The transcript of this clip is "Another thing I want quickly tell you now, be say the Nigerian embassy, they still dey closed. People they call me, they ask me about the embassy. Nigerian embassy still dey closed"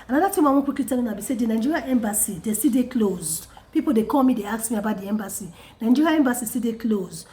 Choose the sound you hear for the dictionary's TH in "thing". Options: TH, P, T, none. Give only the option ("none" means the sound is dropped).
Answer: T